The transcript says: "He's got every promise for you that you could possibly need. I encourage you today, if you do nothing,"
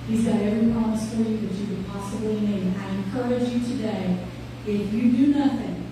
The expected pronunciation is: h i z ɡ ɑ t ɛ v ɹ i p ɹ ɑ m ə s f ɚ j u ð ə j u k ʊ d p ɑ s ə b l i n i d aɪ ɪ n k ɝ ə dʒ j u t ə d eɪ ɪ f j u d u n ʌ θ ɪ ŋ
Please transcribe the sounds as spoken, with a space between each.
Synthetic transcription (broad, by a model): h i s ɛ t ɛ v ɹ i p ɹ ɑ m ə s f ɚ j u ð ə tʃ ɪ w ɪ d p ɑ s ə b l i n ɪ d aɪ ɪ n k ɝ ə dʒ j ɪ t ə d eɪ ɪ f j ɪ d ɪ n ʌ θ ɪ ŋ